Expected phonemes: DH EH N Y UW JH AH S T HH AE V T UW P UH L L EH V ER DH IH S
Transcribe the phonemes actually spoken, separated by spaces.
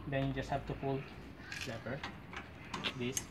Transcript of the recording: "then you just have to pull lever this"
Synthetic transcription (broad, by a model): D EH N Y UW JH AH S T HH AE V T UW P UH L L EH P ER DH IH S